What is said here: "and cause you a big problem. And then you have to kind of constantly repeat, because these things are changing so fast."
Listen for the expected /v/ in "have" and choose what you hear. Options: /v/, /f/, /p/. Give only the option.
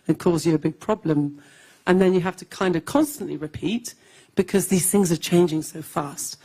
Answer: /f/